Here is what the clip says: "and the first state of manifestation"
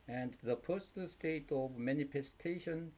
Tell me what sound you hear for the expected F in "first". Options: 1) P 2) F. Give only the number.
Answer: 1